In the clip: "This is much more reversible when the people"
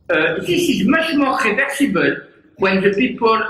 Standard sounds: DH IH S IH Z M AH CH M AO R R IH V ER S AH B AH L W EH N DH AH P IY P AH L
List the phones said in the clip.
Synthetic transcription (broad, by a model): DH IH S IH Z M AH SH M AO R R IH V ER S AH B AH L W EH N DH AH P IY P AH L